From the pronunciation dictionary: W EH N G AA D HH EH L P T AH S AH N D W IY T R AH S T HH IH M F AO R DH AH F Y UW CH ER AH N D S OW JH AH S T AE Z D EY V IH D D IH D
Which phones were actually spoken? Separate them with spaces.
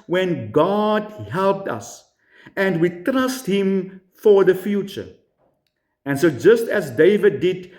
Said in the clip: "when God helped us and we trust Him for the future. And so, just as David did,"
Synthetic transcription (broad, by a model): W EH N G AA D HH EH L P T AH S AH N D W IY T R AH S T HH IH M F AO R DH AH F Y UW CH ER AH N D S OW JH AH S T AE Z D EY V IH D D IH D